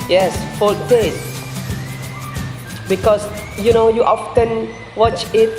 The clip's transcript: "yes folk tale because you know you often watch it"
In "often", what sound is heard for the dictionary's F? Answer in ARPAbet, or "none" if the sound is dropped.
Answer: F